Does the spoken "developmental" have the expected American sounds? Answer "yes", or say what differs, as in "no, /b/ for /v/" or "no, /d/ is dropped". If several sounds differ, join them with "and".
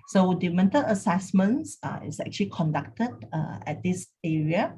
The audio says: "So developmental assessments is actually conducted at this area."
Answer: no, /p/ is dropped